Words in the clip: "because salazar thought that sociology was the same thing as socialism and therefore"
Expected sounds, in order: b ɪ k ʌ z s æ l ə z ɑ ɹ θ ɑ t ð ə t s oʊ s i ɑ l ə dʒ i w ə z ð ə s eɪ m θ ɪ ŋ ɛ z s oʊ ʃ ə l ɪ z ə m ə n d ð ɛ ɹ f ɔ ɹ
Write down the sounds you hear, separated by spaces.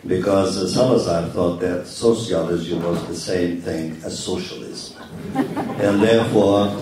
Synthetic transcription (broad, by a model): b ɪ k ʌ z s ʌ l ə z ɑ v θ ɑ t ð ə t s oʊ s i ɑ l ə z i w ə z ð ə s eɪ m θ ɪ ŋ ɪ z s oʊ ʃ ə l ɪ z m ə n ð ɛ ɹ f ɔ ɹ